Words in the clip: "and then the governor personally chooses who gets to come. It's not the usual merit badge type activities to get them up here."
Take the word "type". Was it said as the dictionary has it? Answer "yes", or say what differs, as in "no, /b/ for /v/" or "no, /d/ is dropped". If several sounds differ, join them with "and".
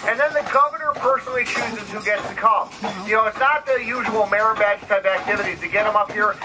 no, /p/ is dropped